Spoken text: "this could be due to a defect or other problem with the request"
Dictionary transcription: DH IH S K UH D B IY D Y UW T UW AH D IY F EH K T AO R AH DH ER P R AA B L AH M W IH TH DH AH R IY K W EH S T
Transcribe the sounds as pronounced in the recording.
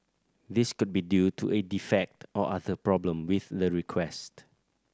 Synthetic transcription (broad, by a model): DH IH S K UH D B IY D Y UW T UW AH D IY F EH K T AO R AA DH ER P R AA B L AH M W IH TH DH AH R IY K W EH S T